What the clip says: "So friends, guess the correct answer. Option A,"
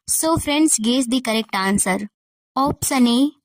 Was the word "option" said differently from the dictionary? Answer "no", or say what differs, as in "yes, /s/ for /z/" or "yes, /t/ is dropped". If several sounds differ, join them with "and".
yes, /s/ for /ʃ/